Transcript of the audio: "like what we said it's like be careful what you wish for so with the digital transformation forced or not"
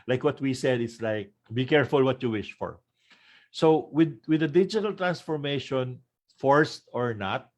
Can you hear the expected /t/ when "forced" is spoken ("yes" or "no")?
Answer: yes